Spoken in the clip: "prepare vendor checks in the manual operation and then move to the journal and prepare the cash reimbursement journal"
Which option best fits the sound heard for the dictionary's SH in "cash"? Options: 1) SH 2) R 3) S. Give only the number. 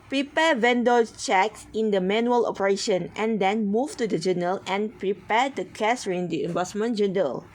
3